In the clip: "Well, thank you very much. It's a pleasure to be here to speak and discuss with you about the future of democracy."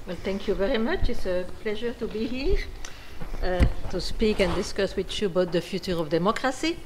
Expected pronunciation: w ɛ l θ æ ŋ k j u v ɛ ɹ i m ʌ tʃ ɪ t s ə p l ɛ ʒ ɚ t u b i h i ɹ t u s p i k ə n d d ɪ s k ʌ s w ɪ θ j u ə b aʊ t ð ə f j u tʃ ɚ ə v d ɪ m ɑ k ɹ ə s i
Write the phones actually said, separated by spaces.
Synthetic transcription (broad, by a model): w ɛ l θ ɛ ŋ k j u v ɛ ɹ i m ʌ tʃ ɪ t s ə p l ɛ ʒ ɚ t u b i h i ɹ t u s p i k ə n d d ɪ s k ʌ s w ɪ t j u ə b aʊ t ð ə f j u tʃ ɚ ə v d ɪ m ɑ k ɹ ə s i